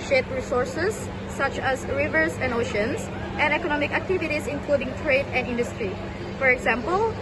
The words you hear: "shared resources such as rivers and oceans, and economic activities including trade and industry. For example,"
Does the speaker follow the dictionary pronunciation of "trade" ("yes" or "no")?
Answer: yes